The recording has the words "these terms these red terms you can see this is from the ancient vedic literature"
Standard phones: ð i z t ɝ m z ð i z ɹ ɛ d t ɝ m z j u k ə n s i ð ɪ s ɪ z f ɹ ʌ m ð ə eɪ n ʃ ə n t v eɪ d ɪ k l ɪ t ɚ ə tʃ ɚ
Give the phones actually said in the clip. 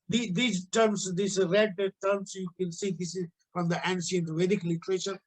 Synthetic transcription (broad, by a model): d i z t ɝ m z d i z ɹ ɛ d t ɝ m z j u k ə n s i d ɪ s ɪ z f ɹ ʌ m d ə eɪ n s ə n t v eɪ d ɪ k l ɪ t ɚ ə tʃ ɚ